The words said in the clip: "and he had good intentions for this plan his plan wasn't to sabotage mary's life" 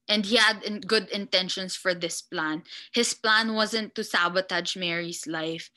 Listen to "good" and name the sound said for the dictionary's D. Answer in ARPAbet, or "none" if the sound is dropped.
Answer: D